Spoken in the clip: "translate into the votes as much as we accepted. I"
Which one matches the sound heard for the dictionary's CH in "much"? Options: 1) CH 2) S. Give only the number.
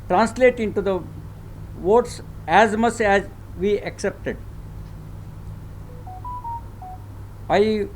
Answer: 2